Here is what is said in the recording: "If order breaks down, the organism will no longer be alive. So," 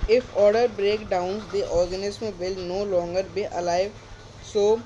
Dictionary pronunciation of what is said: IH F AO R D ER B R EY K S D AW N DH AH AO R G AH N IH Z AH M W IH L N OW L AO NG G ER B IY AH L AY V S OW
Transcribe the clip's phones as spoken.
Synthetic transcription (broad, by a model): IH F AO R D ER B R EY K D AW N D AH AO R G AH N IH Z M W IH L N OW L AO NG G ER B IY AH L AY V S OW